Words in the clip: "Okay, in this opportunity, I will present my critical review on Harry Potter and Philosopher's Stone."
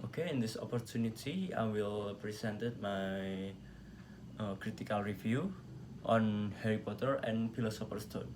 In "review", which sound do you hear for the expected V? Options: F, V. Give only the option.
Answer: F